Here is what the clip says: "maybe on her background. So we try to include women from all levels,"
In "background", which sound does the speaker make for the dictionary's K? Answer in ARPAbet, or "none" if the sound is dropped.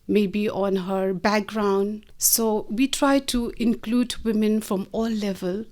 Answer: K